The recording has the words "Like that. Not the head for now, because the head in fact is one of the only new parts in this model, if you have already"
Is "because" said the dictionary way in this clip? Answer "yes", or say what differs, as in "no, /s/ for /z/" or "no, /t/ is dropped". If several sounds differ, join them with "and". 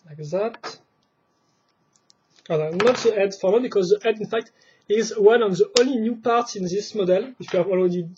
yes